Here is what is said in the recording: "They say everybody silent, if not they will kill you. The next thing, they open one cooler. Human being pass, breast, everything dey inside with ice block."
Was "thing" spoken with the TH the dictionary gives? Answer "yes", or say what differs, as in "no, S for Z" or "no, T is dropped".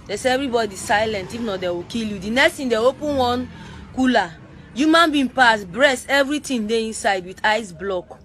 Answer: no, T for TH